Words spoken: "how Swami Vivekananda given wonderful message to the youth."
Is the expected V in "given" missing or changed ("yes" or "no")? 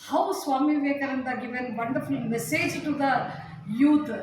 no